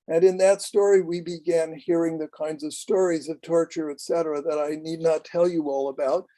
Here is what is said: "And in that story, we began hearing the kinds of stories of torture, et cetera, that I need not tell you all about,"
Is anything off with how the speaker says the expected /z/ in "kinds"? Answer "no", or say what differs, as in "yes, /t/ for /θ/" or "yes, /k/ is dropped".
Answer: no